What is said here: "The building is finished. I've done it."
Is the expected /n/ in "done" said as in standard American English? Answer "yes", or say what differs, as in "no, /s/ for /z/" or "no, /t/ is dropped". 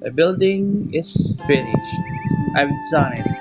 no, /n/ is dropped